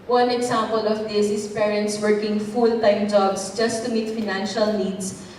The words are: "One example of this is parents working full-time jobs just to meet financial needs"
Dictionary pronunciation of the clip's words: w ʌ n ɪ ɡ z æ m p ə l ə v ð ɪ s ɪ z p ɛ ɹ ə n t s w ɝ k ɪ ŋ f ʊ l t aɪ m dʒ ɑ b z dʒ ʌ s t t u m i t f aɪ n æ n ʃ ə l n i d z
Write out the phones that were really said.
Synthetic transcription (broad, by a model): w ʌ n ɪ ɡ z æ m p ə l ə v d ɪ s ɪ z p ɛ ɹ ə n t s w ɝ k ɪ ŋ f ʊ l t aɪ m dʒ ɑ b s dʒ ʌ s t t u m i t f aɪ n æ n ʃ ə l n i d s